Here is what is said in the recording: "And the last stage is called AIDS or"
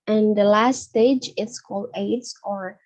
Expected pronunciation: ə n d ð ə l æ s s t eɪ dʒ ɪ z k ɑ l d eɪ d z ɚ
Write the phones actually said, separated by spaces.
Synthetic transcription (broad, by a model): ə n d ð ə l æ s s t eɪ dʒ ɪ s k ɑ l d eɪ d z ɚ